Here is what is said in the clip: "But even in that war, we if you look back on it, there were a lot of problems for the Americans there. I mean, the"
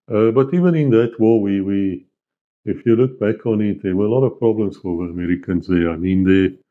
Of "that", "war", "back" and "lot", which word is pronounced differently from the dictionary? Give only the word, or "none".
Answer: war